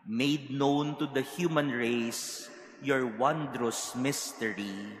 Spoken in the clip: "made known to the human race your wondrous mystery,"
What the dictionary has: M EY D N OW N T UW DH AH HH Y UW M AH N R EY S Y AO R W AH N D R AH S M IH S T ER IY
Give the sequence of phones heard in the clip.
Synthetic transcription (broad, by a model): M EY D N OW N T UW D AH HH Y UW M AH N R EY S Y AO R W AH N D R AH S M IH S T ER IY